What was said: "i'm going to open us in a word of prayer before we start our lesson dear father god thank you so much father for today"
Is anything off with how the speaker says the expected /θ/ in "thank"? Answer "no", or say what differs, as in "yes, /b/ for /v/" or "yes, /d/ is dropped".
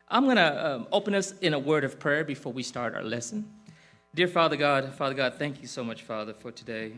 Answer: no